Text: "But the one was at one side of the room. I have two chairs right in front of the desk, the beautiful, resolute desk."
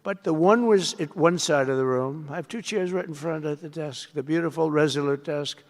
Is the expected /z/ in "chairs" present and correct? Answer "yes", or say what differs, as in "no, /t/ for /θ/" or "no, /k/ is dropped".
yes